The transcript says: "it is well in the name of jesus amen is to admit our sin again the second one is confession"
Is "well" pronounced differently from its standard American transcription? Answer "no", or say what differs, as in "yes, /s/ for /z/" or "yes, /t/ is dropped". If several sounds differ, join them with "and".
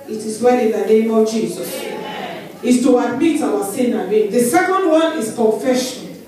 yes, /n/ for /l/